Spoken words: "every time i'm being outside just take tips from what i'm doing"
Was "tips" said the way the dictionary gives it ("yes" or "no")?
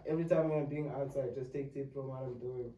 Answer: no